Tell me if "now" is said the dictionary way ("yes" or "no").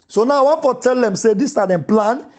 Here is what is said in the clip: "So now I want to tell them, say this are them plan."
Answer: yes